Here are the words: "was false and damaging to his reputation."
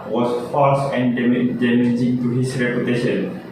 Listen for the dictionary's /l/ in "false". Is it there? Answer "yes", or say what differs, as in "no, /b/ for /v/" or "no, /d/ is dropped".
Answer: no, /l/ is dropped